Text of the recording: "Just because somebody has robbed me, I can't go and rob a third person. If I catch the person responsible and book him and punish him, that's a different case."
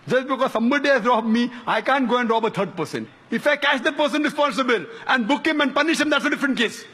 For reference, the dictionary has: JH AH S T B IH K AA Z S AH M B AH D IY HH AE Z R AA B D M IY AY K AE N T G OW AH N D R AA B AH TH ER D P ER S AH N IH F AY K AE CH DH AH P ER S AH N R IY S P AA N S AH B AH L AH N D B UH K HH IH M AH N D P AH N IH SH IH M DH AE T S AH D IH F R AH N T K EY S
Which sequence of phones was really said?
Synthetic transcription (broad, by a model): JH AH S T B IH K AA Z S AH M B AH D IY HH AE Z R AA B M IY AY K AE N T G OW AH N D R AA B AH T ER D P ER S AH N IH F AY K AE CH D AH P ER S AH N R IY S P AA N S AH B AH L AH N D B UH K HH IH M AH N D P AH N IH SH IH M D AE T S AH D IH F R AH N T K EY S